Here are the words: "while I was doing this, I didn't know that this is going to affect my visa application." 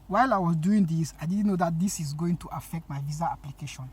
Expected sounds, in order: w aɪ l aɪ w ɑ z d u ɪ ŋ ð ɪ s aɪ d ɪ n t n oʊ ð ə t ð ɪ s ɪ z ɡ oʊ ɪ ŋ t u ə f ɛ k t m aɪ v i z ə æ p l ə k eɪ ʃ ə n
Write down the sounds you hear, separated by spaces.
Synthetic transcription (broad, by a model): w aɪ l aɪ w ɑ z d u ɪ ŋ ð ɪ s aɪ d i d n oʊ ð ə t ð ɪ s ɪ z ɡ oʊ ɪ ŋ t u ə f ɛ k t m aɪ v i z ə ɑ p l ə k eɪ ʃ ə n